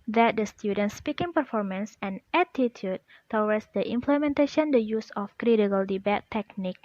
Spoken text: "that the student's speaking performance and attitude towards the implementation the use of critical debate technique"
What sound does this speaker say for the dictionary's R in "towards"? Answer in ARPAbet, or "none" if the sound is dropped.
W